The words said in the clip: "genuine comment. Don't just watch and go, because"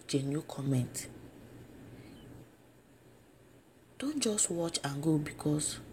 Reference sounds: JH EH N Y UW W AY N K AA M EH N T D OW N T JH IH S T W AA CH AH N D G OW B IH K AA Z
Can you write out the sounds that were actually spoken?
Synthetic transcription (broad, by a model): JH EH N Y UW K AA M EH N T D OW N T JH IH S T W AA CH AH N G OW B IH K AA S